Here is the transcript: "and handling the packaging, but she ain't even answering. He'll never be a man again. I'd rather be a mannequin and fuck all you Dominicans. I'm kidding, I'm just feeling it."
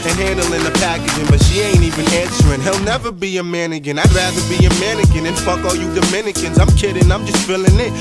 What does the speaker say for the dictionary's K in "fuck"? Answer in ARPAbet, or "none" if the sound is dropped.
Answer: K